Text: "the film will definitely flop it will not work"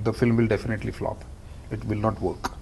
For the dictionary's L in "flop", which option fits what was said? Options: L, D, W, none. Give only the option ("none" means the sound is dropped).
L